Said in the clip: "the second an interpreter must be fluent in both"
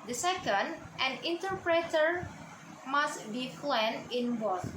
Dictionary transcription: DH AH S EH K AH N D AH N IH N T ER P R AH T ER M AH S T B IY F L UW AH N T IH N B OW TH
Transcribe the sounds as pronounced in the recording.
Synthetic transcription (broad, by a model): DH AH S EH K AH N D AH N IH N T ER P R AH T ER M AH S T B IY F L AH N IH N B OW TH